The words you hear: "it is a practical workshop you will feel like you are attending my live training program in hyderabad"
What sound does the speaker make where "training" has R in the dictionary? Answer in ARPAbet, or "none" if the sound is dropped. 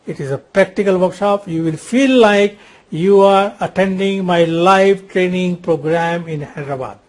R